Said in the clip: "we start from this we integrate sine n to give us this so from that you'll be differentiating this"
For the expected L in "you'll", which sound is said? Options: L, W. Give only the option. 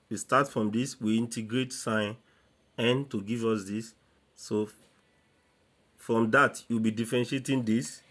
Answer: W